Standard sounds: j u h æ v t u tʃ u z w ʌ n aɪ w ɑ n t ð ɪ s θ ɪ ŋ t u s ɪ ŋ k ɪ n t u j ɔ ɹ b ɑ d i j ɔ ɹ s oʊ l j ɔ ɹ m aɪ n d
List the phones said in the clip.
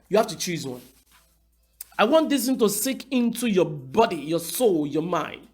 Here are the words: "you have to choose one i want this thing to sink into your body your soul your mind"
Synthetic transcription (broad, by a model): j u h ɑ f t u tʃ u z w ʌ n aɪ w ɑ n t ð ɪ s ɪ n t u s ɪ k ɪ n t u j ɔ b ɑ d i j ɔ s oʊ l j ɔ m aɪ n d